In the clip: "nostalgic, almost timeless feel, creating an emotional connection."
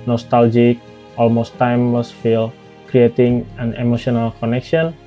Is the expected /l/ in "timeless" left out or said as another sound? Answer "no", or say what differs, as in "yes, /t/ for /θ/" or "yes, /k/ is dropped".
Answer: yes, /w/ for /l/